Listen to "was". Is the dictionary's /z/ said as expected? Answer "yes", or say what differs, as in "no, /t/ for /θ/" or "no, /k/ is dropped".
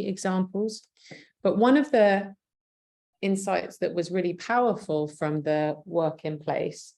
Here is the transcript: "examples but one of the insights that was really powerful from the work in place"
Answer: yes